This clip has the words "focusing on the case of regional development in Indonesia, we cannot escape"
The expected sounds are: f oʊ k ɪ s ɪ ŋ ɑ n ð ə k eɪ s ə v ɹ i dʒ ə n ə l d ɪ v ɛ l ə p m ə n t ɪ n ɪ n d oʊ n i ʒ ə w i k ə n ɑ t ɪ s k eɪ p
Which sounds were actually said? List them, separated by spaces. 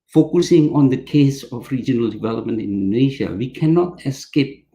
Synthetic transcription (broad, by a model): f oʊ k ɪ s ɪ ŋ ɑ n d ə k eɪ s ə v ɹ i dʒ ə n ə l d ɪ v ɛ l ə p m ə n t ɪ n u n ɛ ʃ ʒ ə w i k ə n ɑ t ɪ s k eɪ p